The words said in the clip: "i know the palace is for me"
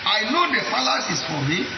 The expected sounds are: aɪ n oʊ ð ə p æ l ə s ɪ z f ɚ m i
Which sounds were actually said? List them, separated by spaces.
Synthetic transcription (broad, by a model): aɪ n oʊ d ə f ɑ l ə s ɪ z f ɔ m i